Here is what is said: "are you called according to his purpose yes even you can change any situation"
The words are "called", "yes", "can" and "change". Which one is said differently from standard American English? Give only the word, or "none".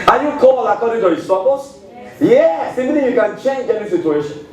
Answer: called